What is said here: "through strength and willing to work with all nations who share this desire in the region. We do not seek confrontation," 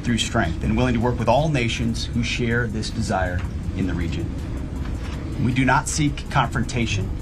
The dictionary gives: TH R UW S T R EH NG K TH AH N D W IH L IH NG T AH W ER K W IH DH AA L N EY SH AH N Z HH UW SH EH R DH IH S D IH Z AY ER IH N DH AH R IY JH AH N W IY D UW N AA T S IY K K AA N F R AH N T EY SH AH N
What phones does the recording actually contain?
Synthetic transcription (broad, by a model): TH R UW S T R EH NG K TH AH N W IH L IH NG T AH W ER K W IH DH AA L N EY SH AH N Z HH UW SH EH R DH IH S D IH Z AY ER IH N DH AH R IY JH AH N W IY D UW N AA T S IY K K AA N F R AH N T EY SH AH N